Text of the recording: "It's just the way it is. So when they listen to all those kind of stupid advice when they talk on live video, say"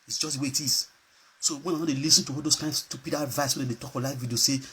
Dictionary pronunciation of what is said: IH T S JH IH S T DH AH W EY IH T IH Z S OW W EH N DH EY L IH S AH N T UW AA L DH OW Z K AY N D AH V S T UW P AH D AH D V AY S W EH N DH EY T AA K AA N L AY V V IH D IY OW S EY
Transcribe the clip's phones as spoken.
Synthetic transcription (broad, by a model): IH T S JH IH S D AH W EY IH T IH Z S OW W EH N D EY L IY S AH N T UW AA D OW S K AY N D S T UW P AH D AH V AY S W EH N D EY T AA K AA L AY F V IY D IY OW S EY